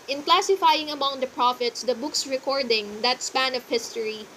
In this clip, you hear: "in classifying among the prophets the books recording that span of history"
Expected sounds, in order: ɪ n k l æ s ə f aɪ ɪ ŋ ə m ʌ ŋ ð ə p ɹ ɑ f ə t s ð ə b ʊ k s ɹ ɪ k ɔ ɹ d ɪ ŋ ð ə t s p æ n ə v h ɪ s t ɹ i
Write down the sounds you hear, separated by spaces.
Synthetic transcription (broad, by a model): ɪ n k l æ s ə f aɪ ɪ ŋ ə m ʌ ŋ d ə p ɹ ɑ f ə t s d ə b ʊ k s ɹ ɪ k ɔ ɹ d ɪ ŋ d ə t s p æ n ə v h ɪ s t ɹ i